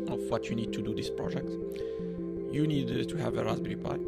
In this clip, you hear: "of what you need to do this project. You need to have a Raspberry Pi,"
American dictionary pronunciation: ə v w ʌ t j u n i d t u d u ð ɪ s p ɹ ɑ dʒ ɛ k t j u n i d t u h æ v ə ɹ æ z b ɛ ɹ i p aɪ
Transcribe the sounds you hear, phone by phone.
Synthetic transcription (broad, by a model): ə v w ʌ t j u n i d t u d u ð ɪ s p ɹ ɑ dʒ ɛ k t j u n i d t u h æ v ə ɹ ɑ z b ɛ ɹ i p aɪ